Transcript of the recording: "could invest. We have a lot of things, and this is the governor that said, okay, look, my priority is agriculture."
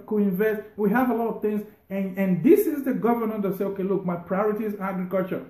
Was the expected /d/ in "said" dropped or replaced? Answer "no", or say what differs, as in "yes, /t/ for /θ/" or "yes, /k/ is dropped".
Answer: yes, /d/ is dropped